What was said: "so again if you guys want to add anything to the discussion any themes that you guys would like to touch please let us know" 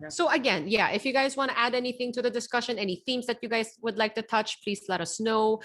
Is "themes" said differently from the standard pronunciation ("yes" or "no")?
no